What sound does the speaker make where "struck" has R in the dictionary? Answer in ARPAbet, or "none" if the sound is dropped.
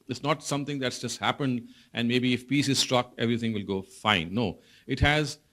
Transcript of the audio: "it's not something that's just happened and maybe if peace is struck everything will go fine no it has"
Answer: R